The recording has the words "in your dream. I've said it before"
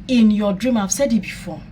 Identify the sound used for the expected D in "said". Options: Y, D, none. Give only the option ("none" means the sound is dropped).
D